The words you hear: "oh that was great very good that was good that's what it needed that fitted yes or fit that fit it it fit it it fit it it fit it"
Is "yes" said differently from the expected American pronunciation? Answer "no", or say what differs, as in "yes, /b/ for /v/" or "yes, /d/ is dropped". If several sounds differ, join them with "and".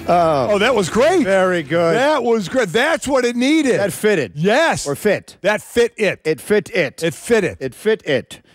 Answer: no